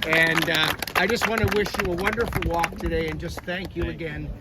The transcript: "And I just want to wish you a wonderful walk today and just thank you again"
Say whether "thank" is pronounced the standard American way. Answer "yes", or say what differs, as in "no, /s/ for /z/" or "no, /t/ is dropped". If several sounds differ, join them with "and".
yes